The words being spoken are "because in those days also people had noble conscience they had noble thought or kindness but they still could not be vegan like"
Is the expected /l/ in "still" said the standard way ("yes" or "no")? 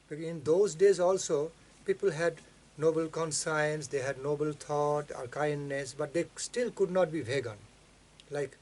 yes